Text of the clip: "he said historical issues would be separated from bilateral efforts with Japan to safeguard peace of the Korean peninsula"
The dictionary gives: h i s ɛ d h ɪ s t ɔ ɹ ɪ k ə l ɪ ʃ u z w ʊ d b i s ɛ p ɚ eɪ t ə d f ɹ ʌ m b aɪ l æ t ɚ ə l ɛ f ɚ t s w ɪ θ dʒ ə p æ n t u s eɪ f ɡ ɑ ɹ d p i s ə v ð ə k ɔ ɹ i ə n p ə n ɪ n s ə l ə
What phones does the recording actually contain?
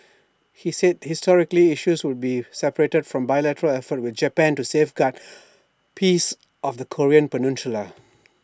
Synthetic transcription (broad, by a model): h i s ɛ d h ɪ s t ɔ ɹ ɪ k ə l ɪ ʃ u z w ʊ d b i s ɛ p ɚ eɪ t ə d f ɹ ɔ m b aɪ l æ t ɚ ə l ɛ f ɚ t w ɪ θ dʒ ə p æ n t u s eɪ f ɡ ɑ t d p i s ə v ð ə k ɔ ɹ i ə n p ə n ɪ n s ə l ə